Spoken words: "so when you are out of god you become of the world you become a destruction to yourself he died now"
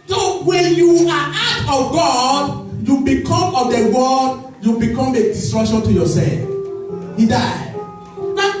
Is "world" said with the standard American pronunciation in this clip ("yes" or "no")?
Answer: no